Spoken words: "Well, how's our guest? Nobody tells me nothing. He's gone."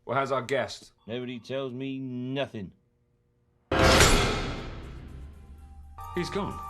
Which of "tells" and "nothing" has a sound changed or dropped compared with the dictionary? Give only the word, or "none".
none